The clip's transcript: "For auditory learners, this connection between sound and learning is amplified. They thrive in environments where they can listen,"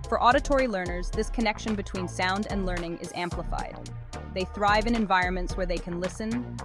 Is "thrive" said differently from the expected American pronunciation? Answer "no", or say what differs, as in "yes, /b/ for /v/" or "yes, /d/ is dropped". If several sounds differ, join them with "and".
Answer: no